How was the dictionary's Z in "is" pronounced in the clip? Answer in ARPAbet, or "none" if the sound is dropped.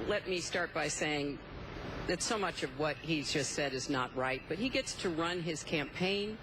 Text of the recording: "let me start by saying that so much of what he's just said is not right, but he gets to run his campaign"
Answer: Z